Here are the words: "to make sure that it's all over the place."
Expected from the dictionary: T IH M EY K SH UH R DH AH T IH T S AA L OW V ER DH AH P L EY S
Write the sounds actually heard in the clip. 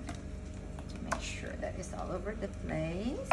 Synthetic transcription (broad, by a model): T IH M EY K SH UH R DH AH T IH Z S AA L OW V ER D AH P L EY